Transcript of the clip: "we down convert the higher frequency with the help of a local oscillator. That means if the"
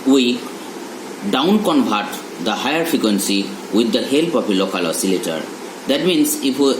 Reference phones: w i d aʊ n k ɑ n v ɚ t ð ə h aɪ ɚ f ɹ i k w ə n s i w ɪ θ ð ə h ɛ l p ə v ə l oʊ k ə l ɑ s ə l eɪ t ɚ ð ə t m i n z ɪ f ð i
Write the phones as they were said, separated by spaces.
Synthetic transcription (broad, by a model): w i d aʊ n k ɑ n b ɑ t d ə h aɪ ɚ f ɹ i k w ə n s i w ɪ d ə h ɛ l p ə p ə l oʊ k ə l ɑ s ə l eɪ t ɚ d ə t m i n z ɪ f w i